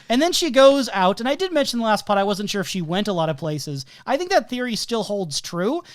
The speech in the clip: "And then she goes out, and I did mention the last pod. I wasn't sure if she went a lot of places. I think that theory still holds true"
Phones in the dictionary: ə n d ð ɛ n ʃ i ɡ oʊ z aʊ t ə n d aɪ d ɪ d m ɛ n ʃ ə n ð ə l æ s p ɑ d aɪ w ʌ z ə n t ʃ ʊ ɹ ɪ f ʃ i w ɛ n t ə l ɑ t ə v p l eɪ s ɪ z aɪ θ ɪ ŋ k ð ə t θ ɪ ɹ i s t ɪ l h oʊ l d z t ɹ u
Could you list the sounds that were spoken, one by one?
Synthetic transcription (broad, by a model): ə n ð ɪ n ʃ i ɡ oʊ z aʊ t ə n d aɪ d ɪ d m ɛ n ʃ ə n ð ə l æ s p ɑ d aɪ w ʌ z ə n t ʃ ʊ ɹ ɪ f ʃ i w ɛ n t ə l ɑ t ə v p l eɪ s ɪ z aɪ θ ɪ ŋ k ð ə t θ ɪ ɹ i s t ɪ l h oʊ l d z t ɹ u